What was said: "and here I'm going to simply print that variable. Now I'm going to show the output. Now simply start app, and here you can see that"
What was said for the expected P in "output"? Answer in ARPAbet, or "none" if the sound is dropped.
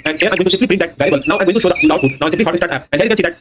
none